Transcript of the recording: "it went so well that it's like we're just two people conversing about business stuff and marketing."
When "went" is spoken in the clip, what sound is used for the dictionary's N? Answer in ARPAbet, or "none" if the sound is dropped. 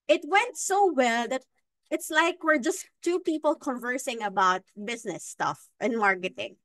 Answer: N